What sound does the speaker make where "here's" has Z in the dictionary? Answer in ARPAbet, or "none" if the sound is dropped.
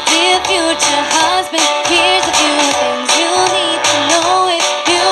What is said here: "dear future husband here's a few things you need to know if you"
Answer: Z